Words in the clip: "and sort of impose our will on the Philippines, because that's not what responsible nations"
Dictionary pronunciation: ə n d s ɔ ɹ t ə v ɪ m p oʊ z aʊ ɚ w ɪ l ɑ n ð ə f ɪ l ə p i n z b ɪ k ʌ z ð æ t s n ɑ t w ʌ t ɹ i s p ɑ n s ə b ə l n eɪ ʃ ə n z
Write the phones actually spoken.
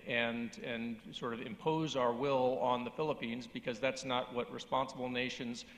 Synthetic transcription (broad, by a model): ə n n s ɔ ɹ t ə v ɪ m p oʊ z aʊ ɚ w ɪ l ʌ n ð ə f ɪ l ə p i n z b ɪ k ʌ z ð æ t s n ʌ t w ʌ t ɹ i s p ɑ n s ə b l n eɪ ʃ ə n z